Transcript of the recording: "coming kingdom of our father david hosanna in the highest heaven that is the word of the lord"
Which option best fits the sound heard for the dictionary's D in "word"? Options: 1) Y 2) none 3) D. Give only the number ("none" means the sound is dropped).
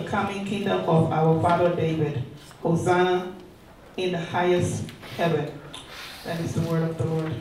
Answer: 3